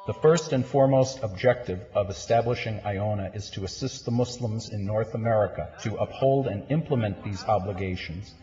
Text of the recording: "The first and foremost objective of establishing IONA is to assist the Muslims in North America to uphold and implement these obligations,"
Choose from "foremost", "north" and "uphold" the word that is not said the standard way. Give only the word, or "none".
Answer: none